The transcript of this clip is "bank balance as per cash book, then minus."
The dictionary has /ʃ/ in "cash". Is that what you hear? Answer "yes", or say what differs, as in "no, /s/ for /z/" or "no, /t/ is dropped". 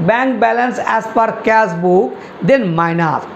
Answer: no, /s/ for /ʃ/